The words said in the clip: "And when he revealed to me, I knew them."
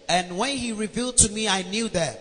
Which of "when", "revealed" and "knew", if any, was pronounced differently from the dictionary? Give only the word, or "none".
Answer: none